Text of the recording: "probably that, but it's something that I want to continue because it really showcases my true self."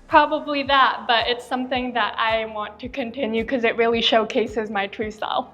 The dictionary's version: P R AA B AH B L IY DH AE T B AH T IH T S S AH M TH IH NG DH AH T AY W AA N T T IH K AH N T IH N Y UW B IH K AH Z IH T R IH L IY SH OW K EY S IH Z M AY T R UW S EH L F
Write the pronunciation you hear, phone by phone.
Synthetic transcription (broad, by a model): P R AA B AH B L IY DH AE T B AH T IH T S S AH M TH IH NG DH AH T AY W AA N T T IH K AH N T IH N Y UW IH K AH Z IH T R IH L IY SH OW K EY S IH Z M AY T R UW S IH L